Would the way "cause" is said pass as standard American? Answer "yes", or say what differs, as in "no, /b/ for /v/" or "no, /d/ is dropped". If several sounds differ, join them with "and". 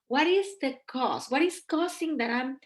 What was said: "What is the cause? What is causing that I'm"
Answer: no, /s/ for /z/